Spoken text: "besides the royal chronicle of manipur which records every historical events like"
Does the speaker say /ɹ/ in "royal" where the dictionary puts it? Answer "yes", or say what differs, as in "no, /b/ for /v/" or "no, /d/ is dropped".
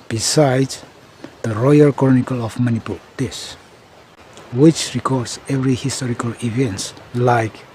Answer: yes